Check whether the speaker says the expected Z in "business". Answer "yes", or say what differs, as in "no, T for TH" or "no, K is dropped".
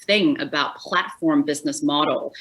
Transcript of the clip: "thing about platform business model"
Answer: yes